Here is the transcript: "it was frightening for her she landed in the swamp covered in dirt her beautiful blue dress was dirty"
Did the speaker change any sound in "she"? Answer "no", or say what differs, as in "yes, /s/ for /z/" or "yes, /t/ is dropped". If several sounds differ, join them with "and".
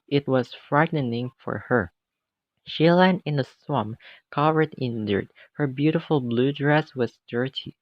no